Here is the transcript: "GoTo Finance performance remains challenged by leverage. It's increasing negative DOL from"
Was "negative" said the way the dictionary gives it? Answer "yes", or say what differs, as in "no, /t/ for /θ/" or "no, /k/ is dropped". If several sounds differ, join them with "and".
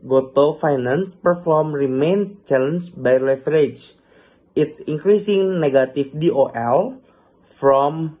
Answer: no, /f/ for /v/